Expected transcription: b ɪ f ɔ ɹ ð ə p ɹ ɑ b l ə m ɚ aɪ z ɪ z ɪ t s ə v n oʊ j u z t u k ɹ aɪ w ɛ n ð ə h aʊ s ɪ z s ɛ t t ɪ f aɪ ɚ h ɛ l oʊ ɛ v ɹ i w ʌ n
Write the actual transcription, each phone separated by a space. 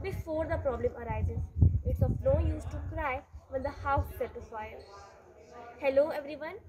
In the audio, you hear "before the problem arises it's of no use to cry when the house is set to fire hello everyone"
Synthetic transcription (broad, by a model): b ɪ f ɔ ɹ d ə p ɹ ɑ b l ə m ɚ aɪ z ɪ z ɪ t s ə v n oʊ j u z t u k ɹ aɪ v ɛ n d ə h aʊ ɪ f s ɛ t t ɪ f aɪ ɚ h ɛ l oʊ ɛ v ɹ i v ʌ n